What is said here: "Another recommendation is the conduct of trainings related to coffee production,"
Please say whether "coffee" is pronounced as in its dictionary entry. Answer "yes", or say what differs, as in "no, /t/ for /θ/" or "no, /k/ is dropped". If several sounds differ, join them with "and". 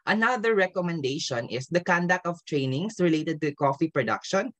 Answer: yes